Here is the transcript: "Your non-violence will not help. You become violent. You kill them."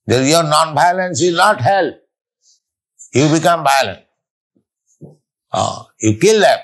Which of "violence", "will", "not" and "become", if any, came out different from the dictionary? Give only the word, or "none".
violence